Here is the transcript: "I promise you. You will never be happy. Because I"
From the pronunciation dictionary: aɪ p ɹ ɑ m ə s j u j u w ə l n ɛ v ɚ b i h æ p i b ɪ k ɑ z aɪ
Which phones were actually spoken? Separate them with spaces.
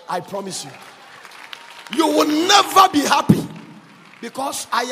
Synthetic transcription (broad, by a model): aɪ p ɹ ɑ m ə s j u j u w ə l n ɛ v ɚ b i h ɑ p i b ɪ k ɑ s aɪ